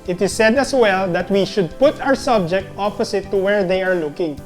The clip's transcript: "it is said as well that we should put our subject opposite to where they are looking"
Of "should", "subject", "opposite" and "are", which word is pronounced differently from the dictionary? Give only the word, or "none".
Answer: opposite